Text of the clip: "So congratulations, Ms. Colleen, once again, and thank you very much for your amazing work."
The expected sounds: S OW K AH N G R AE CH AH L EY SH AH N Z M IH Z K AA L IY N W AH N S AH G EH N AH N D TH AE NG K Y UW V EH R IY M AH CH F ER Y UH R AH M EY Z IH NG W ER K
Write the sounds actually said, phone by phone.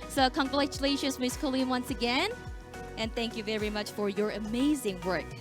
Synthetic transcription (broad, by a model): S OW K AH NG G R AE CH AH L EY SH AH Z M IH S K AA L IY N W AH N S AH G EH N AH N TH AE NG K Y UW V EH R IY M AH CH F ER Y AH R AH M EY Z IH NG W ER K